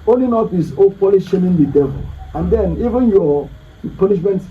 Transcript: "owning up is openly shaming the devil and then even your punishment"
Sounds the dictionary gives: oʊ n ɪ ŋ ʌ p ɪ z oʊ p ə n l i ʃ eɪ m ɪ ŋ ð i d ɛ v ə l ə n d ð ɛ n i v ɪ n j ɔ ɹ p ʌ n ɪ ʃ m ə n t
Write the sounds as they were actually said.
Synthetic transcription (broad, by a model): oʊ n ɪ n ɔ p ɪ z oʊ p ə l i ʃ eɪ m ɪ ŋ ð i d ɛ v ə l ə n d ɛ n i v ɪ n j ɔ p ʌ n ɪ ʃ m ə n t